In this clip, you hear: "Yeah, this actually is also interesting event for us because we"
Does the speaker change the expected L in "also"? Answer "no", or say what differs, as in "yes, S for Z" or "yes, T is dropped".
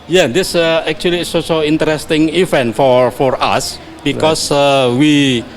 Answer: yes, L is dropped